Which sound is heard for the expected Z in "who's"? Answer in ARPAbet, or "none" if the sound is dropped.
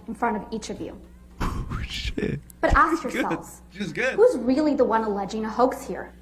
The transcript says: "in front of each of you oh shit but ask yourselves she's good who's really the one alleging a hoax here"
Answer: Z